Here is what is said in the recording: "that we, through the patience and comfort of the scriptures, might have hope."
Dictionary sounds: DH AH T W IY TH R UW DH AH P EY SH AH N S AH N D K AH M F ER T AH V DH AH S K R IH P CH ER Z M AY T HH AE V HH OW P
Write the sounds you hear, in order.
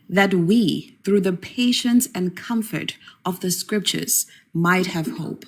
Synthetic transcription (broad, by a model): DH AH T W IY TH R UW DH AH P EY SH AH N S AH N K AH M F ER T AH V DH AH S K R IH P CH ER Z M AY T HH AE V HH OW P